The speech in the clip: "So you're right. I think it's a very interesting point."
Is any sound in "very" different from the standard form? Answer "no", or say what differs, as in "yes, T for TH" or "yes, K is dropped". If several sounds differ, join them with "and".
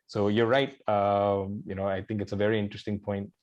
no